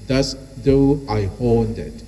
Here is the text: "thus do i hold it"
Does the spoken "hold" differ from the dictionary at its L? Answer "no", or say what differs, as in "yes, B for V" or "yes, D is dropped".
yes, N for L